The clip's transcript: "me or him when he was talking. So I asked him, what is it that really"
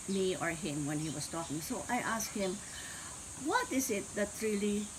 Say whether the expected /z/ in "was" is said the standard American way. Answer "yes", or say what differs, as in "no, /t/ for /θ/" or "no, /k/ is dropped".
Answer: no, /s/ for /z/